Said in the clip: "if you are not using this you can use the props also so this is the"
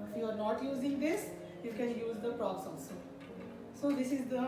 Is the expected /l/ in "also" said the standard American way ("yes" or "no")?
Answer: no